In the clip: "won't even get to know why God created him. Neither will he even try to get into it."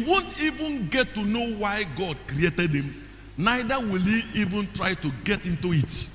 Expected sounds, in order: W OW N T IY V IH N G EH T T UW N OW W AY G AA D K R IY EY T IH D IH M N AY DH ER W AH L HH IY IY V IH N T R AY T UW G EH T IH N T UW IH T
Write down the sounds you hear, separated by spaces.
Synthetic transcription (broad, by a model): W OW N T IY V IH N G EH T T UW N OW W AY G AA D K R IY EY T IH D IH M N AY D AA W AH L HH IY IY V IH N T R AY T UW G EH T IH N T UW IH T